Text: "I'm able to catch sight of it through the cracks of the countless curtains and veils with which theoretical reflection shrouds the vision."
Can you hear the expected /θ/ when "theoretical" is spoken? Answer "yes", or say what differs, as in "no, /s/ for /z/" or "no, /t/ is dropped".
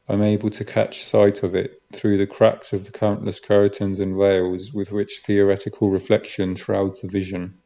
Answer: yes